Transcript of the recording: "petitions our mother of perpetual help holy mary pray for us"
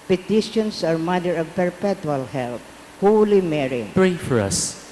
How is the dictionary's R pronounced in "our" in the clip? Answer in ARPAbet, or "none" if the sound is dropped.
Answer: R